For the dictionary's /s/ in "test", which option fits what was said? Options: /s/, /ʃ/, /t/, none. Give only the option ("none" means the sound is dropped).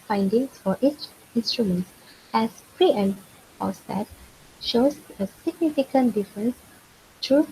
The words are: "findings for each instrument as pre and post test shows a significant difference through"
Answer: none